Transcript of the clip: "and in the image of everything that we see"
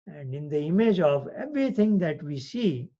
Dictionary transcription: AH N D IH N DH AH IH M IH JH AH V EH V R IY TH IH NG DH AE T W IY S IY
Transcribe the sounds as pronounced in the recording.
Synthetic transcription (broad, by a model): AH N D IH N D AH IH M IH JH AH V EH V R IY T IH NG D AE T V IY S IY